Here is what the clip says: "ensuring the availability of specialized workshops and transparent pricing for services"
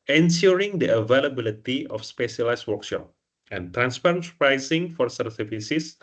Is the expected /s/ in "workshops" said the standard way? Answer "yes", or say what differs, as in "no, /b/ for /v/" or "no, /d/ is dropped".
no, /s/ is dropped